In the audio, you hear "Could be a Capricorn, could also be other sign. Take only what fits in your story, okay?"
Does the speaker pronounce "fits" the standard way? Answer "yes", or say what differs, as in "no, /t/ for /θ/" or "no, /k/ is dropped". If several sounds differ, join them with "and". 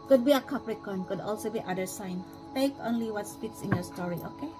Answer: no, /p/ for /f/